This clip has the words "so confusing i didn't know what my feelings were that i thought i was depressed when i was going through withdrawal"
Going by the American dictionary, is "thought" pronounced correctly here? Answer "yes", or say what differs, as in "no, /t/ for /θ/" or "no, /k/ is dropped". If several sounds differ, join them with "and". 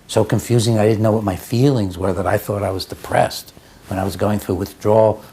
yes